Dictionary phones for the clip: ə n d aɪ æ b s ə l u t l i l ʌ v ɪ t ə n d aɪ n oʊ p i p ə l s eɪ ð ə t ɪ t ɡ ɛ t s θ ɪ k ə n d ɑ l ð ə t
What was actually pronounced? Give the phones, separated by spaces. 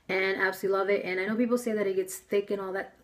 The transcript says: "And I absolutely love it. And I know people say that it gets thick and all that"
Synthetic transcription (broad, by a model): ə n aɪ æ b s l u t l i l ʌ v ɪ t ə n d aɪ n oʊ p i p l s eɪ ð ə t ɪ t ɡ ɛ t s θ ɪ k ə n ɑ l ð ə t